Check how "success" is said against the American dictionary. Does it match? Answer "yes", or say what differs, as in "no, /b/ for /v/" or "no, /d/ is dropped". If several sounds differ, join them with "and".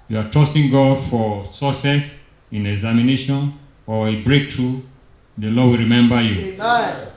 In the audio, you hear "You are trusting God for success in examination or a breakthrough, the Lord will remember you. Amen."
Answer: no, /k/ is dropped